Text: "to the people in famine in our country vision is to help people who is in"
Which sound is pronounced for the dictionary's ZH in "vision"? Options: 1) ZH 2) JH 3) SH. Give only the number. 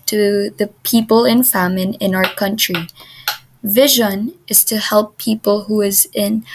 1